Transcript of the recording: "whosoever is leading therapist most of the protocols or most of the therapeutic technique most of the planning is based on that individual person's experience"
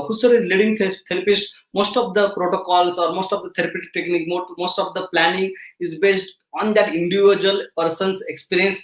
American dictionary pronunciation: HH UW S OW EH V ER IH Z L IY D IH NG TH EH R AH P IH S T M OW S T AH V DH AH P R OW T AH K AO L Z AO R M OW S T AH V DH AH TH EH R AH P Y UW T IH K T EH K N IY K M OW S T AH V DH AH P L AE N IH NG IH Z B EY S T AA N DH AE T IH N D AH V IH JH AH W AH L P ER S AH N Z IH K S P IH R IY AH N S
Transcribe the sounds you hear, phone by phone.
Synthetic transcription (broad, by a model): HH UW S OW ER IH Z L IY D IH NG T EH R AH P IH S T M OW S T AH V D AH P R OW T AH K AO L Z AO R M OW S T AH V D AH T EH R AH P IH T T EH K N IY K M OW S T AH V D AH P L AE N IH NG IH Z B EY S T AA N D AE T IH N D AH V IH JH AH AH L P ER S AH N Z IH K S P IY R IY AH N S